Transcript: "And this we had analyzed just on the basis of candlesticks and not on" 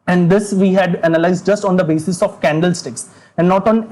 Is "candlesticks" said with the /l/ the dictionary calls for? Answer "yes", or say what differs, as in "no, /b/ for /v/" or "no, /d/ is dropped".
yes